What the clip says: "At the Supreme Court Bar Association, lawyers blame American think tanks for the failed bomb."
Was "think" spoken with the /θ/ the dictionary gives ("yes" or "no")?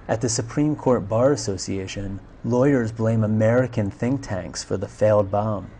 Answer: yes